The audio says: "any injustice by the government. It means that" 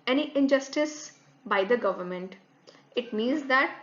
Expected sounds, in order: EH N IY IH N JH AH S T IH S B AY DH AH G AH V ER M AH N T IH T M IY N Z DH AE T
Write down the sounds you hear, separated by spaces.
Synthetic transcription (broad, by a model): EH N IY IH N JH AH S T IH S B AY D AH G AH V ER M AH N T IH T M IY N Z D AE T